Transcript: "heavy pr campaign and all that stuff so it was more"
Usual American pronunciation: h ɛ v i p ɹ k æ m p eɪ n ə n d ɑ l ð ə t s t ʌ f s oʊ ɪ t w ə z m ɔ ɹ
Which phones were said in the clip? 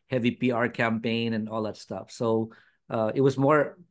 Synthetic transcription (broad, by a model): h ɛ v i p ɹ k æ m p eɪ n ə n ɑ l ð ə t s t ʌ f s oʊ ɪ t w ə z m ɔ ɹ